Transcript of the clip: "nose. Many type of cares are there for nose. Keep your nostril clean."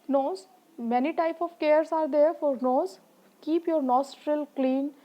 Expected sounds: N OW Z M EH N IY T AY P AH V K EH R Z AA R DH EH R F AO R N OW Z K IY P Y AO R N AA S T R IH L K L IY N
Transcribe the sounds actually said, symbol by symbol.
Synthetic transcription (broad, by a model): N OW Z M EH N IY T AY P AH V K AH R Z AA R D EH R F AO R N OW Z K IY P Y AO R N AA S T R IH L K L IY N